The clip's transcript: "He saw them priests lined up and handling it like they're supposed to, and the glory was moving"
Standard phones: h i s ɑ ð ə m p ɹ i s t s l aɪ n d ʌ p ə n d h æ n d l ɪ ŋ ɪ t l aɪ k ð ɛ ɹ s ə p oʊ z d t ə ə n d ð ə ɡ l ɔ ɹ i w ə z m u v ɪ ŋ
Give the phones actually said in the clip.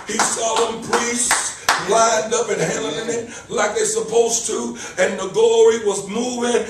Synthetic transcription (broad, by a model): h i s ɑ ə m p ɹ i s t s l aɪ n d ʌ p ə n h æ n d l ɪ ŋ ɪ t l aɪ k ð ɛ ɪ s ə p oʊ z t ə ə n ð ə ɡ ɔ ɹ i w ə z m u v ɪ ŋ